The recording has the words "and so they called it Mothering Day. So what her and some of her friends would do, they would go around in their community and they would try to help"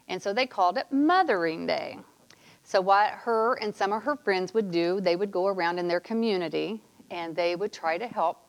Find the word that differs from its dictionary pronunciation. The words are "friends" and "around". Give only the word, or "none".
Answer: none